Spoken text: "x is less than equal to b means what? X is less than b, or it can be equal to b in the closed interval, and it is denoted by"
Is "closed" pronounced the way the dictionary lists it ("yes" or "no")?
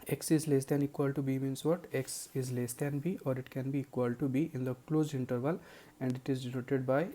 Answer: no